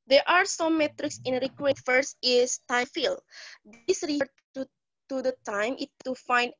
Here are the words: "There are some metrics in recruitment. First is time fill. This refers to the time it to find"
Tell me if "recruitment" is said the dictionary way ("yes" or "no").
no